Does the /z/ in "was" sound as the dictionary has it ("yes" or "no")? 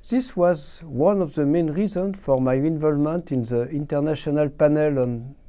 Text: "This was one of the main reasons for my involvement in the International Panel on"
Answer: yes